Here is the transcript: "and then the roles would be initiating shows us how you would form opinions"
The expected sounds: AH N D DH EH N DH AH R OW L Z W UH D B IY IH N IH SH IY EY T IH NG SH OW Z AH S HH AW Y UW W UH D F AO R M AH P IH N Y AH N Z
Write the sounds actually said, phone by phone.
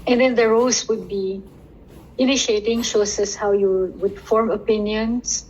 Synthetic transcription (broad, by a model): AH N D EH N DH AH R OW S W UH D B IY IH N IH SH IY EY T IH NG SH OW S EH S HH AW Y UW W UH D F AO R M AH P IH N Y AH N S